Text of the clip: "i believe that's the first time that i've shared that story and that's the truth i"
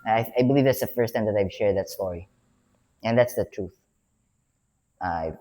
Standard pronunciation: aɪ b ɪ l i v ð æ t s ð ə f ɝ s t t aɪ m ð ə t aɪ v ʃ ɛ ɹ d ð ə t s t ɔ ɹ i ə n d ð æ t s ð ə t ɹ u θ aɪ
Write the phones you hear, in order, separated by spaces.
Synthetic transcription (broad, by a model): aɪ b ɪ l i v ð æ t s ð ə f ɝ s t t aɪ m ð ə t aɪ v ʃ ɛ ɹ d ð ə t s t ɔ ɹ i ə n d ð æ t s ð ə t ɹ u θ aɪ